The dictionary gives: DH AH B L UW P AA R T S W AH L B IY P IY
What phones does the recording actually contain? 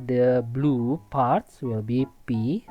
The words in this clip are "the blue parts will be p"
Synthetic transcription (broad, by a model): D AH B L UW P AA R T S W AH L B IY P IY